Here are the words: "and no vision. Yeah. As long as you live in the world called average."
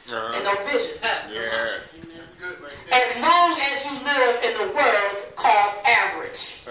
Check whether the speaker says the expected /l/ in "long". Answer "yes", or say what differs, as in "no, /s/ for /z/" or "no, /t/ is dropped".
no, /n/ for /l/